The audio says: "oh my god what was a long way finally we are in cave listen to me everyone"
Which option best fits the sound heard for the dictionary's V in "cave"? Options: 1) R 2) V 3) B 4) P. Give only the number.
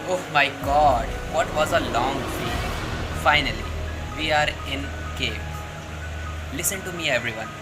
4